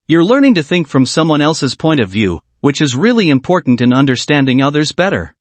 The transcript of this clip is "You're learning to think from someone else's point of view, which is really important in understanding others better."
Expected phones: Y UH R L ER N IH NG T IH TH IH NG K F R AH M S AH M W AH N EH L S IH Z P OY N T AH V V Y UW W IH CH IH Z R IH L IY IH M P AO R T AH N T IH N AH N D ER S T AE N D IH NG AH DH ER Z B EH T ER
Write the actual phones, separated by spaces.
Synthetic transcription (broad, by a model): Y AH R L ER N IH NG T IH TH IH NG K F R AH M S AH M W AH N EH L S IH Z P OY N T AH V V Y UW W IH CH IH Z R IH L IY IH M P AO R T N T IH N AH N D ER S T AE N D IH NG AH DH ER Z B EH T ER